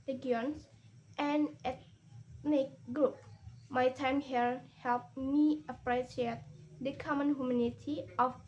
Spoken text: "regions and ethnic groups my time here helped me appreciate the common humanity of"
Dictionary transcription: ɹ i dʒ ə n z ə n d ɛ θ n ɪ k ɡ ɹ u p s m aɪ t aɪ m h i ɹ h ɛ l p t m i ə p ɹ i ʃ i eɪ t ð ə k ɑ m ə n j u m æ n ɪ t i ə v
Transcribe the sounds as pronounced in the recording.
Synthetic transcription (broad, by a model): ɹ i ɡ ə n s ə n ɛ t n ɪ k ɡ ɹ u p m aɪ t aɪ m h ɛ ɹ h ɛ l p m i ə p ɹ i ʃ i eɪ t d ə k ɑ m ə n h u m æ n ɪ t i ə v